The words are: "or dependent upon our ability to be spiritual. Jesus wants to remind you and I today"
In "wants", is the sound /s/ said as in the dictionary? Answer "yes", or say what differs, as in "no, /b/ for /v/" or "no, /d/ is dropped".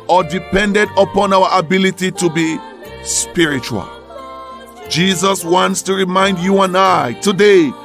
yes